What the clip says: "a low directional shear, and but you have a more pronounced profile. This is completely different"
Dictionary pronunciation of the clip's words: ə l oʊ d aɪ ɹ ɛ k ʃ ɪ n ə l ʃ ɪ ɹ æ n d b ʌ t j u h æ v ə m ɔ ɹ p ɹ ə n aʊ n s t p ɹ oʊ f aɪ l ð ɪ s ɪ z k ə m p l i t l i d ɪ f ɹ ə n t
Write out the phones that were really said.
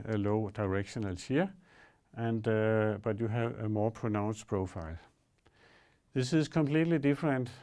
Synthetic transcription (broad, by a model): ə l oʊ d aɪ ɹ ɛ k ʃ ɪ n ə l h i æ n d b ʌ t j u h æ v ə m ɔ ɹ p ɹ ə n aʊ n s p ɹ oʊ f aɪ l ð ɪ s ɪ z k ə m p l i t l i d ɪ f ɹ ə n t